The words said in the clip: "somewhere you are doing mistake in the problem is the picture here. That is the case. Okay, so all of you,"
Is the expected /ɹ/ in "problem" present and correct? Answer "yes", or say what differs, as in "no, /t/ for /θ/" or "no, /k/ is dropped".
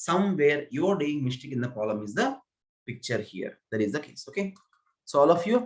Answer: no, /ɹ/ is dropped